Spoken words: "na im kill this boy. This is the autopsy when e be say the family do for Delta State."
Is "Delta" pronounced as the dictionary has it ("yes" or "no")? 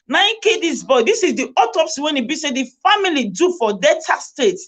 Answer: no